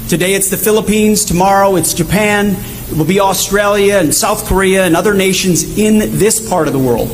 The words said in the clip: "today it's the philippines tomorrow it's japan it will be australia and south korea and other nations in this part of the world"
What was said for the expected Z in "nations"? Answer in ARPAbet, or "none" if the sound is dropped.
Z